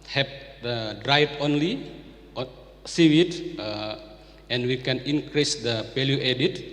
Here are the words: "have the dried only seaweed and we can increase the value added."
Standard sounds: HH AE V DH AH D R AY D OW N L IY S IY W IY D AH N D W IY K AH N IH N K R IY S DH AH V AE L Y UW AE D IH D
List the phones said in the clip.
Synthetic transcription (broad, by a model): HH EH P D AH D R AY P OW N L IY S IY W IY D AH N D W IY K AH N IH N K R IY S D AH P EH L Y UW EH D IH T